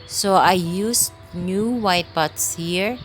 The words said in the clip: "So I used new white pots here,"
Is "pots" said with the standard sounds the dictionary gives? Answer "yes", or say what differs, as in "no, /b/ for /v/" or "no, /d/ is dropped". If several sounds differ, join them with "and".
no, /b/ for /p/